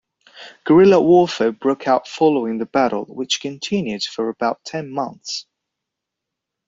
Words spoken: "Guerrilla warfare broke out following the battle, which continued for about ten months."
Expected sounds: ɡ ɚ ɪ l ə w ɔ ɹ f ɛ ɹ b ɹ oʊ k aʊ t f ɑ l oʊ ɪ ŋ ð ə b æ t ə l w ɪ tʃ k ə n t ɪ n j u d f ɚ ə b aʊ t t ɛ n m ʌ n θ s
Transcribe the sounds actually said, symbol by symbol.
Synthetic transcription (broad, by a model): ɡ ɚ ɪ l ə w ɔ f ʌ b ɹ oʊ k aʊ t f ɑ l oʊ ɪ ŋ ð ə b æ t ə l w ɪ tʃ k ə n t ɪ n j u d f ɚ ə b aʊ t t ɛ n m ʌ n θ s